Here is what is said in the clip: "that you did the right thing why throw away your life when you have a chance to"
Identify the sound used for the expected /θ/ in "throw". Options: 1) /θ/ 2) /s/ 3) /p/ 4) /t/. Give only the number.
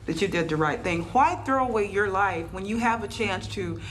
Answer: 1